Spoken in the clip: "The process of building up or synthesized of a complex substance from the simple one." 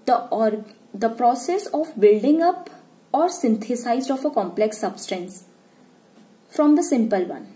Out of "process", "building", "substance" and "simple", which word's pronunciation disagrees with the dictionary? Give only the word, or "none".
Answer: none